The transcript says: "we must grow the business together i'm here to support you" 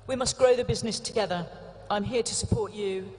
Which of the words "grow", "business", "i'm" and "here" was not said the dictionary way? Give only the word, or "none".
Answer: none